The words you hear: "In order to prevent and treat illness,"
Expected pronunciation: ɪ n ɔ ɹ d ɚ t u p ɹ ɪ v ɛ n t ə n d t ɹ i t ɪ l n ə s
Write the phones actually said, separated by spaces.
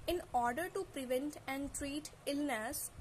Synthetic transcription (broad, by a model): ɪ n ɔ ɹ d ɚ t u p ɹ ɪ v ɛ n t ə n d t ɹ i t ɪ l n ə s